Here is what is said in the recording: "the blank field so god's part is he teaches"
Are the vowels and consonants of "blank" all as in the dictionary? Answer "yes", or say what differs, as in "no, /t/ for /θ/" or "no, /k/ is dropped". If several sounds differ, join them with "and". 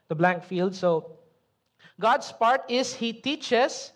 yes